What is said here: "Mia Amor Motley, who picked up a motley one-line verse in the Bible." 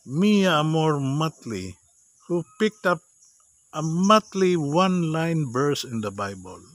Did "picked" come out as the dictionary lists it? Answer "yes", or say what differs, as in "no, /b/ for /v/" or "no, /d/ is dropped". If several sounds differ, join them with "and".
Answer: yes